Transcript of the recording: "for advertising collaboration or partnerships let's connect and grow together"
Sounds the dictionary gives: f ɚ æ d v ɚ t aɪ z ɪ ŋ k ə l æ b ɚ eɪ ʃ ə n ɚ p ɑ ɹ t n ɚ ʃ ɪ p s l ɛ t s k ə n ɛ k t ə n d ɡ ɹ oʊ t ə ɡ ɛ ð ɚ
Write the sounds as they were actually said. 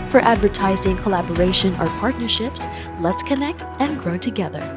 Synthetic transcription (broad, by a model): f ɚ æ d v ɚ t aɪ z ɪ ŋ k ə l æ b ɚ eɪ ʃ ə n ɚ p ɑ ɹ t n ɚ ʃ ɪ p s l ɛ t s k ə n ɛ k t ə n ɡ ɹ oʊ t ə ɡ ɛ ð ɚ